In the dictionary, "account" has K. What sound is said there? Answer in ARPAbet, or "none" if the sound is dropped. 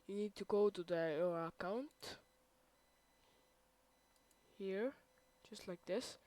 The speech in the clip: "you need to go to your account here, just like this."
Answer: K